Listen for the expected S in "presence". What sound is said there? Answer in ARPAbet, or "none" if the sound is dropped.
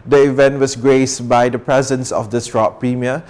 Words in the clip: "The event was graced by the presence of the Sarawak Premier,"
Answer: S